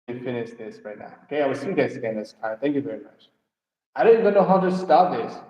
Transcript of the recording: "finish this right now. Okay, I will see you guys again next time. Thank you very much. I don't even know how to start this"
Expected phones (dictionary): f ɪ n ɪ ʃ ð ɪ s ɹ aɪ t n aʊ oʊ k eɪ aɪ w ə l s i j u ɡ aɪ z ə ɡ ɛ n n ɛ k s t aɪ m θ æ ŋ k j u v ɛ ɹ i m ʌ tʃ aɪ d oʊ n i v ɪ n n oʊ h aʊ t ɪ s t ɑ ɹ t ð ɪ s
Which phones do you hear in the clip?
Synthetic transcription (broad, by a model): f ɪ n ɪ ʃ ð ɪ s ɹ aɪ t n aʊ oʊ k eɪ aɪ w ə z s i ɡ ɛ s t s ə ɡ ɛ n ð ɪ s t aɪ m θ æ ŋ k j u v ɛ ɹ i m ʌ tʃ aɪ d oʊ n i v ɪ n n oʊ h aʊ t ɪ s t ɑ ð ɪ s